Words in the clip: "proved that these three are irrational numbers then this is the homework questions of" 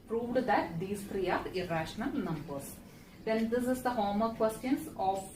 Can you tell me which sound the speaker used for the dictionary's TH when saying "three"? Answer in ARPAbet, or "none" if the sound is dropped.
T